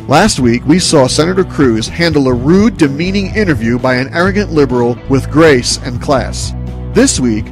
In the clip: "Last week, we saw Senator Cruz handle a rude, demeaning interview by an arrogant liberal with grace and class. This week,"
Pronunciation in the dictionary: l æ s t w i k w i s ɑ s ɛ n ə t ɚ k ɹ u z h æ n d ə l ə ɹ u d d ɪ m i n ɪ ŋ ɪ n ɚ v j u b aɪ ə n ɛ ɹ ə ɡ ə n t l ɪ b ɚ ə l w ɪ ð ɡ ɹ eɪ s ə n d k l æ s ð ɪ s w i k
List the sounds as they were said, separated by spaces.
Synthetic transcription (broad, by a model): l æ s t w i k w i s ɑ s ɛ n ə t ɚ k ɹ u z h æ n d l ə ɹ u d d ɪ m i n ɪ ŋ ɪ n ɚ v j u b aɪ ə n ɛ ɹ ə ɡ ə n t l ɪ b ɚ l w ɪ ð ɡ ɹ eɪ s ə n k l æ s ð ɪ s w i k